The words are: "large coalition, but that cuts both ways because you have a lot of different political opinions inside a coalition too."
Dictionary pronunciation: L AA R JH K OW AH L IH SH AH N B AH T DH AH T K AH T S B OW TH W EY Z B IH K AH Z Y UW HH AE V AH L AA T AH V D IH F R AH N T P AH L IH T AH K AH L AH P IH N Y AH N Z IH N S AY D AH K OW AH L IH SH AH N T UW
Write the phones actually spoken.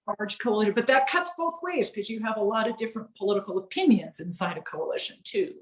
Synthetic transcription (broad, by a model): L AA R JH K OW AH L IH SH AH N B AH T DH AH T K AH T S B OW TH W EY Z K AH Z Y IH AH V AH L AA T AH V D IH F R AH N P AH L IH T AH K L AH P IH N Y AH N Z IH N S AY D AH K OW AH L IH SH AH N T UW